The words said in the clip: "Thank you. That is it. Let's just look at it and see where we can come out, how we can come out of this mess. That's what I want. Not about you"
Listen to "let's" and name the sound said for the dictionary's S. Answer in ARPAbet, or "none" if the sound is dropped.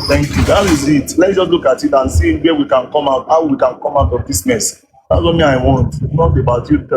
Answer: none